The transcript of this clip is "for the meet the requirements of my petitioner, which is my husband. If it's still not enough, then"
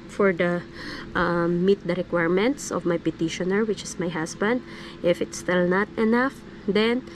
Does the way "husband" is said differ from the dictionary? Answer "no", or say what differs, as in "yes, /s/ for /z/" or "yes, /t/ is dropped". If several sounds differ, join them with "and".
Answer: yes, /s/ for /z/